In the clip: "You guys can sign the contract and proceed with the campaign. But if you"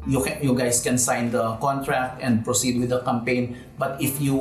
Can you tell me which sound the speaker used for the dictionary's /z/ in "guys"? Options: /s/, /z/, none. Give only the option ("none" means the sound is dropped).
/s/